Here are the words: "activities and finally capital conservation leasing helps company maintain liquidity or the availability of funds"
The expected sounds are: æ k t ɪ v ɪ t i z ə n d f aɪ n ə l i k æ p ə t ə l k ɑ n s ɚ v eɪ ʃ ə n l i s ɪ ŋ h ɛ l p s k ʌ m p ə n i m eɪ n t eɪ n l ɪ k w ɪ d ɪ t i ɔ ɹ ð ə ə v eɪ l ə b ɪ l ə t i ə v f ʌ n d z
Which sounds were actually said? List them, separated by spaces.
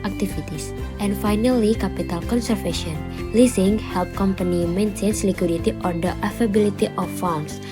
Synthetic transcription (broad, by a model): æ k t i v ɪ t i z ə n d f aɪ n ə l i k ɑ p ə t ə l k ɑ n s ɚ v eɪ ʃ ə n l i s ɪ ŋ h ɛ l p k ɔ m p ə n i m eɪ n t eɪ n l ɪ k w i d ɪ t i ɔ ɹ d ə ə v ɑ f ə b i l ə t i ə f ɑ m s